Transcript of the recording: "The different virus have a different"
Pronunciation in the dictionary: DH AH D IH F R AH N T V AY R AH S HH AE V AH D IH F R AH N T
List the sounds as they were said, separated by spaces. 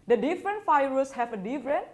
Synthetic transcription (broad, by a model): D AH D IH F R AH N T F AY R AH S HH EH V AH D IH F R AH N